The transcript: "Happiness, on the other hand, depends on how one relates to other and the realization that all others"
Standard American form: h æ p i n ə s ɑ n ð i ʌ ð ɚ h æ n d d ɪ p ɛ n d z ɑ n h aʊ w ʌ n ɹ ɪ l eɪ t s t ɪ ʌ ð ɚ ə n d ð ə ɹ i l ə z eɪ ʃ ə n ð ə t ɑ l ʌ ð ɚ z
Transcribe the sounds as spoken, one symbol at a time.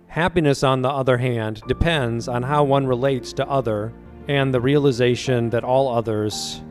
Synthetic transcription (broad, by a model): h æ p i n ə s n ð i ʌ ð ɚ h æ n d d ɪ p ɛ n d z n h aʊ w ʌ n ɹ ɪ l eɪ t s t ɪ ʌ ð ɚ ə n ð ə ɹ i l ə z eɪ ʃ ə n ð ə t ɑ l ʌ ð ɚ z